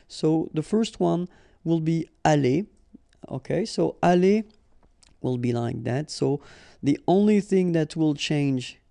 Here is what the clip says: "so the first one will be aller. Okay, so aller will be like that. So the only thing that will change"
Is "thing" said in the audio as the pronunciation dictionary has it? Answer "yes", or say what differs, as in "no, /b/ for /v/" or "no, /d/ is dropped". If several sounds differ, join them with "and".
yes